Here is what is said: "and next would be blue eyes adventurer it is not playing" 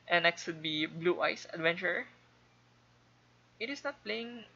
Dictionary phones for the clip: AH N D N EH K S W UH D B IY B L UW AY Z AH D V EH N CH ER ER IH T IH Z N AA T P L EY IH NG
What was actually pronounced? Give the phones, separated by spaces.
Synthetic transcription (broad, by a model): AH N N EH K S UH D B IY B L UW AY S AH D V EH N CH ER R IH T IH S N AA T P L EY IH NG